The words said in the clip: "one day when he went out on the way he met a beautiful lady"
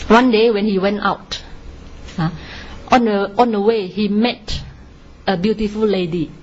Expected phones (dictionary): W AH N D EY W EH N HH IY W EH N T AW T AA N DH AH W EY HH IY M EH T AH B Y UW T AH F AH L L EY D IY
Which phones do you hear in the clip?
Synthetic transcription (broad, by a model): W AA N D EY W EH N HH IY W EH N T AW T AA N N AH W EY HH IY M EH T AH B Y UW T AH F AH L L EY D IY